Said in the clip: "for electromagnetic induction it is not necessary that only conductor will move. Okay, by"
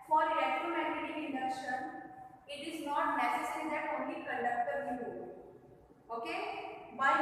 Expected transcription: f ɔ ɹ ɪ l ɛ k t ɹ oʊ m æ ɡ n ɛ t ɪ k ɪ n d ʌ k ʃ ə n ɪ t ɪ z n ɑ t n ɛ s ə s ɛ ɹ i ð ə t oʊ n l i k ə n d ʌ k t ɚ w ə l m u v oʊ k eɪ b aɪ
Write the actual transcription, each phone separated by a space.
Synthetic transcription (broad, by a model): f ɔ ɹ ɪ ɛ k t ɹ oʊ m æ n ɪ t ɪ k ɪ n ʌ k ʃ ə n ɪ t ɪ z n ɑ t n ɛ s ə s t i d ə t oʊ n l i k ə n d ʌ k t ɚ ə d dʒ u oʊ k eɪ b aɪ